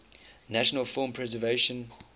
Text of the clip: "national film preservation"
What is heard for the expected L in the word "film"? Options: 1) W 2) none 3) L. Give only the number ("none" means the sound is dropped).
2